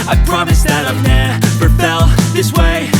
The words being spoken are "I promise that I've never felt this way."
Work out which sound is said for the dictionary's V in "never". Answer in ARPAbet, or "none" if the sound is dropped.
P